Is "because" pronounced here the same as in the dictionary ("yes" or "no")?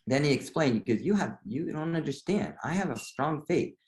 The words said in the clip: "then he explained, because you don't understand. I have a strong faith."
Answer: no